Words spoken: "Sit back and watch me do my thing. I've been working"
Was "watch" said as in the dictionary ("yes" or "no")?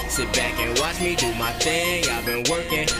yes